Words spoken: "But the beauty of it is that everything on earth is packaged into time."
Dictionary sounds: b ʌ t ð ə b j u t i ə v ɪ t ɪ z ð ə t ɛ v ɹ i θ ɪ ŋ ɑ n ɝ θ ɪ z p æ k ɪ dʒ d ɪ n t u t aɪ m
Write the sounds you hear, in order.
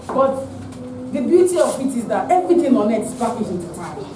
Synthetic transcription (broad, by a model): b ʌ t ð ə b j u t i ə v ɪ t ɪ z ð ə t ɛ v ɹ i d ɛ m ɑ n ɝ t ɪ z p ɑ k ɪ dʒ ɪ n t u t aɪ